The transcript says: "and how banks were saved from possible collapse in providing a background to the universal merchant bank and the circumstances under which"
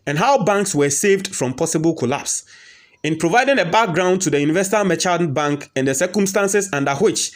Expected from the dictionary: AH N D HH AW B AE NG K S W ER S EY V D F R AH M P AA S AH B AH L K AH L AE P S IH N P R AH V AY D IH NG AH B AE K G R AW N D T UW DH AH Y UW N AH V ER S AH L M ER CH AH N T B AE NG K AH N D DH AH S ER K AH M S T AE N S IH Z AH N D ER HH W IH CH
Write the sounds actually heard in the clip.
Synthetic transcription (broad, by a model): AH N HH AW B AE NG K S W ER S EY V D F R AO M P AA S AH B AH L K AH L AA P S IH N P R AH V AY D IH NG AH B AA K G R AW N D T UW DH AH Y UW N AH V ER S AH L M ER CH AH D B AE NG K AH N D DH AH S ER K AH M S T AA N S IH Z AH N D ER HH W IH CH